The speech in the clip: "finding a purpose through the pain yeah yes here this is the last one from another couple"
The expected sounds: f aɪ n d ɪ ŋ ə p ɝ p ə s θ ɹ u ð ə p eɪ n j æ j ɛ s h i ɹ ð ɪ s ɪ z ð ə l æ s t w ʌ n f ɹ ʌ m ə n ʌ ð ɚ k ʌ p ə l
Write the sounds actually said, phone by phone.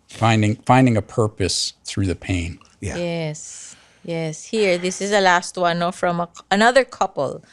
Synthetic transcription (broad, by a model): f aɪ n d ɪ ŋ ə p ɝ p ə s θ ɹ u ð ə p eɪ n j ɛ j ɛ s h i ɹ ð ɪ s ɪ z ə l æ s t w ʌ n f ɹ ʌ m ə n ʌ ð ɚ k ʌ p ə l